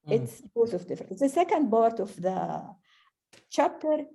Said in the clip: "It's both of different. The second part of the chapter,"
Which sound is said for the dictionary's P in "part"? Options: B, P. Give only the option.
B